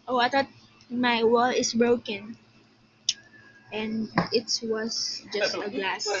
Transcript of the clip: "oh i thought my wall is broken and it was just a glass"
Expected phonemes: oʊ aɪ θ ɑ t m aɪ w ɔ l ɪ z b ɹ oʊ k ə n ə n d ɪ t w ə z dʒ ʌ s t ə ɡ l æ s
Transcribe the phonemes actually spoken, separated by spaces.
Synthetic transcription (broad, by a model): oʊ aɪ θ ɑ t m aɪ w ɔ l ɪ s b ɹ oʊ k ə n ə n d ɪ t w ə s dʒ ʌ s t ə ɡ l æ s